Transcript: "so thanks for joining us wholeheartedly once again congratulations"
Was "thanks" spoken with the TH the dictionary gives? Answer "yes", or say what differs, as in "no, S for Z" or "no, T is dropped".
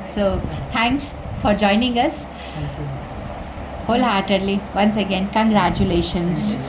no, T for TH